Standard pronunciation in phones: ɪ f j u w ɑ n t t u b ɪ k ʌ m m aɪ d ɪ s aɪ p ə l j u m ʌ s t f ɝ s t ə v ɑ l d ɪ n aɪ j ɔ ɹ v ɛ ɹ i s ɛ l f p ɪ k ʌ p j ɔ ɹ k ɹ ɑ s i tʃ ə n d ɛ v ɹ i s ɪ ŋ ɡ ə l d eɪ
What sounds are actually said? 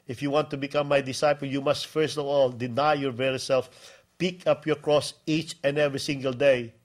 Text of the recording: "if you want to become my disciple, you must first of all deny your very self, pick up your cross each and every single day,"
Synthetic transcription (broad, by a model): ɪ f j u w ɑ n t t u b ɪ k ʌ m m aɪ d ɪ s aɪ p ə l j u m ʌ s t f ɝ s t ə v ɑ l d ɪ n aɪ j ɔ ɹ v ɛ ɹ i s ɛ l f p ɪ k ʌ p j ɔ ɹ k ɹ ɑ s i tʃ ə n d ɛ v ɹ i s ɪ ŋ ɡ ə l d eɪ